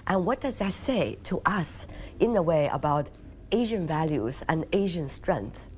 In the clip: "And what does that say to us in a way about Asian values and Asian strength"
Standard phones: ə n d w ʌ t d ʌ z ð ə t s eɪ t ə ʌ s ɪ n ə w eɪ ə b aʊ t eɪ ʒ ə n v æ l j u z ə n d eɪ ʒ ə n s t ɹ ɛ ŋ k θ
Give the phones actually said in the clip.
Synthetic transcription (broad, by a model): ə n w ʌ t d ʌ z ð ə t s eɪ t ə ʌ s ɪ n ə w eɪ ə b aʊ t eɪ ʒ ə n v æ l j u z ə n eɪ ʒ ə n s t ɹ ɛ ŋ k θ